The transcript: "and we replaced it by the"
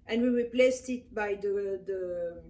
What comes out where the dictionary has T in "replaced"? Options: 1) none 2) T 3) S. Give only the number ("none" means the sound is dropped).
2